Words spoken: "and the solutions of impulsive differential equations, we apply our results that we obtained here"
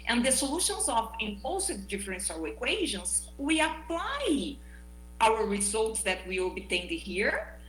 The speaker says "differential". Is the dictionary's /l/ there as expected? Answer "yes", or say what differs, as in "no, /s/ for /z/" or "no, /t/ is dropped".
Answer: no, /w/ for /l/